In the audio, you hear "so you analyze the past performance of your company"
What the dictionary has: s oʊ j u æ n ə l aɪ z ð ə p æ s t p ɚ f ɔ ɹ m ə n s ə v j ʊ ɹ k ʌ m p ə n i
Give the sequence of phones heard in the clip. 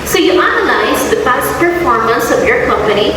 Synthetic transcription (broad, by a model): s oʊ j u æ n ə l aɪ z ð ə b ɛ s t p ɚ f ɔ ɹ m ə n s ə v j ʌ ɹ k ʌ m p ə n i